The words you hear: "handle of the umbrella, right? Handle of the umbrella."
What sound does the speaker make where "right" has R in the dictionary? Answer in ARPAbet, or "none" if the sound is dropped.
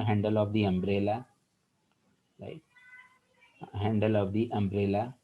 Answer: L